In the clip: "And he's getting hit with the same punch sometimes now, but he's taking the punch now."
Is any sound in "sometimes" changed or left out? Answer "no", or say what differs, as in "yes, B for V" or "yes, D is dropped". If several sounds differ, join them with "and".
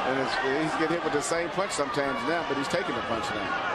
no